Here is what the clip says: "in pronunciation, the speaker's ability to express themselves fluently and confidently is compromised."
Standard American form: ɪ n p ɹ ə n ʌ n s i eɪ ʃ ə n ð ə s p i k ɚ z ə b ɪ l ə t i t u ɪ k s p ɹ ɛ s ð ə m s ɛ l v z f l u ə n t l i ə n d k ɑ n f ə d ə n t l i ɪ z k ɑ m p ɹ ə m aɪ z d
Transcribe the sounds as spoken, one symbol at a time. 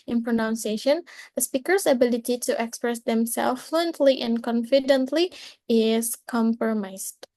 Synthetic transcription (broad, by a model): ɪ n p ɹ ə n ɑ n s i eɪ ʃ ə n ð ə s p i k ɚ s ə b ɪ l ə t i t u ɪ k s p ɹ ɛ s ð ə m s ɛ l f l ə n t l i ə n k ɑ n f ə d ə n t l i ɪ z k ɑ m p ɹ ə m aɪ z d